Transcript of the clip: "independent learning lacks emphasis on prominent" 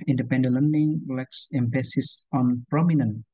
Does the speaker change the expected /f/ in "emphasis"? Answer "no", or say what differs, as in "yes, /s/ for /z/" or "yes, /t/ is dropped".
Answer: yes, /p/ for /f/